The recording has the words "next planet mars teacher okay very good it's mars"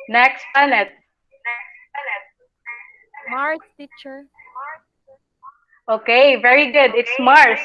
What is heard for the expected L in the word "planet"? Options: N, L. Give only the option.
N